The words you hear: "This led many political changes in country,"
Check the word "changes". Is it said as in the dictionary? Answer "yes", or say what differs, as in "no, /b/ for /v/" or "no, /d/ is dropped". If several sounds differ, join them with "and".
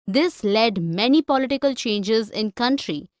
yes